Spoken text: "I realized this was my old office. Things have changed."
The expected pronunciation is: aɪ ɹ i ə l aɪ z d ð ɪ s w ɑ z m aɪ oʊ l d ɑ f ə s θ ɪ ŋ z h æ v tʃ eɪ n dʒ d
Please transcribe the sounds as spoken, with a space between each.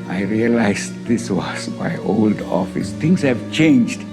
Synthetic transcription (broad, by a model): aɪ ɹ i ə l aɪ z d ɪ s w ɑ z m aɪ oʊ l d ɑ f ə s t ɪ ŋ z h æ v tʃ eɪ n dʒ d